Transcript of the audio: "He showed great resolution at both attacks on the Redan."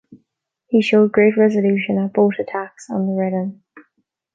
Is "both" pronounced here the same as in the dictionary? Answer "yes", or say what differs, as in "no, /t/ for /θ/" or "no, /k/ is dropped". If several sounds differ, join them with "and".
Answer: no, /t/ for /θ/